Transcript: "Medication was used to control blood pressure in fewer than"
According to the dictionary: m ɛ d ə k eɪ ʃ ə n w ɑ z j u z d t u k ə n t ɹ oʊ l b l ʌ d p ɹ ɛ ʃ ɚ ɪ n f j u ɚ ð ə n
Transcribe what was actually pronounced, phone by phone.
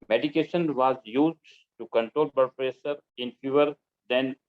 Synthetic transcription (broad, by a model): m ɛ d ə k eɪ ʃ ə n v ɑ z j u z d t u k ə n t ɹ oʊ l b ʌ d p ɹ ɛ s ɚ ɪ n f j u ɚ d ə n